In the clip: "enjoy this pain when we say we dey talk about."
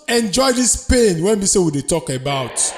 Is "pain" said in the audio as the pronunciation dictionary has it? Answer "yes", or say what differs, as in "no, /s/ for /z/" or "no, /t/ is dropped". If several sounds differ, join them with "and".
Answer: yes